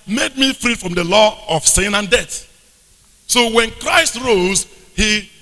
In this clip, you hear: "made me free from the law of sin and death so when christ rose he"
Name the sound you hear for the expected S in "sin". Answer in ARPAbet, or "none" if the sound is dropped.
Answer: S